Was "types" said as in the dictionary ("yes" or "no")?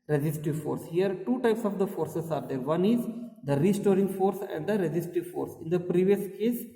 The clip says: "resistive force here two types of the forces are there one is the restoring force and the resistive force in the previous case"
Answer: yes